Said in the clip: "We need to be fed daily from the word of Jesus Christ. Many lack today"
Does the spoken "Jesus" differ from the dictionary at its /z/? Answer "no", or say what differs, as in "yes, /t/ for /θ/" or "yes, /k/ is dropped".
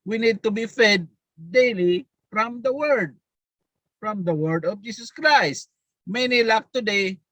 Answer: yes, /s/ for /z/